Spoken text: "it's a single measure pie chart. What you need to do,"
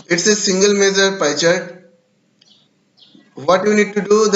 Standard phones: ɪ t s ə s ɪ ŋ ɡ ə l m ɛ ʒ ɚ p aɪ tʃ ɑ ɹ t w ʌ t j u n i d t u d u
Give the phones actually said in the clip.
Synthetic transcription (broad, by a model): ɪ t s ə s ɪ ŋ ɡ ə l m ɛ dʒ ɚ p aɪ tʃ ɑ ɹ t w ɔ t j u n i d t u d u